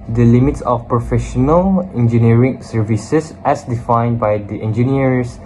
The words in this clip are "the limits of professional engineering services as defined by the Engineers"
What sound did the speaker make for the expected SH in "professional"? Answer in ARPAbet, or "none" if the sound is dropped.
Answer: SH